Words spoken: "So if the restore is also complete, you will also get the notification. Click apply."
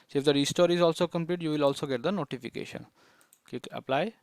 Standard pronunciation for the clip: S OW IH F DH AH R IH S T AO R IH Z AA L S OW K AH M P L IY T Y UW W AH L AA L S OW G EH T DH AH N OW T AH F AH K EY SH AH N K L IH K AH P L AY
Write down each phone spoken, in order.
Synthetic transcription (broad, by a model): S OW IH F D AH R IH S T AO R IH Z AA L S OW K AH M P L IY T Y UW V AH L AA L S OW G EH T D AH N OW T AH F AH K EY SH AH N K IY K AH P L AY